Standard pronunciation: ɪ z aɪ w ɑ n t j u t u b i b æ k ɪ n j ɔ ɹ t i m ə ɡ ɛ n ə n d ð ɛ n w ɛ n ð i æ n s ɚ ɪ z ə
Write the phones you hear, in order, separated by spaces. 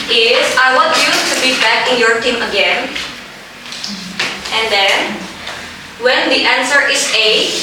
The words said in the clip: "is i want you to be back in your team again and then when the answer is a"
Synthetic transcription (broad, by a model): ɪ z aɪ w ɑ t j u t u b i b æ k ɪ n j ɔ ɹ t i m ə ɡ ɛ n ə n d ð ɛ n w ɛ n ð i æ n s ɚ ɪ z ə